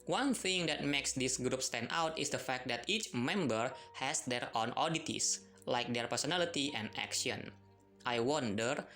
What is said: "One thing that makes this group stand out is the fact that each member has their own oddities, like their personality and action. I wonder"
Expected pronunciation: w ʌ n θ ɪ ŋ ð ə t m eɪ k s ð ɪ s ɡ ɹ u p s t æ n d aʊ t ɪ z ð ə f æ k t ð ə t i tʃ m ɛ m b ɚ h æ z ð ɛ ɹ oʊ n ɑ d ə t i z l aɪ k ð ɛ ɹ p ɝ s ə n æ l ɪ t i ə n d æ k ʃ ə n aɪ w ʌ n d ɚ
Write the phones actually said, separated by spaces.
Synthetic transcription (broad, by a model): w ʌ n θ ɪ ŋ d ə t m eɪ k s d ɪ s ɡ ɹ u p s t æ n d aʊ t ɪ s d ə f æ k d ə t i tʃ m ɛ m b ɚ h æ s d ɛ ɹ oʊ n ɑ d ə t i s l aɪ k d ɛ ɹ p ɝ s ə n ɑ l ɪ t i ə n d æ k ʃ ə n aɪ w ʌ n d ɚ